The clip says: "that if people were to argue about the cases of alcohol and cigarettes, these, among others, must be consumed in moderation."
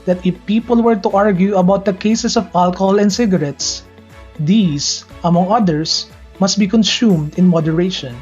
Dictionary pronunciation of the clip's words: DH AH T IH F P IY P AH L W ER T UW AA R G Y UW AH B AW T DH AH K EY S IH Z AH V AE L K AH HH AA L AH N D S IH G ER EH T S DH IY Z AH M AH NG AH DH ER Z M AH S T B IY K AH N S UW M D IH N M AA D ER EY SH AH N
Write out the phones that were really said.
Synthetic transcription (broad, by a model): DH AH T IH F P IY P AH L W ER T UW AA R G Y UW AH B AW T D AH K EY S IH S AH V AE L K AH HH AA L AH N D S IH G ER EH T S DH IY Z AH M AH NG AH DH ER S M AH S T B IY K AH N S UW M D IH N M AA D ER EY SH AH N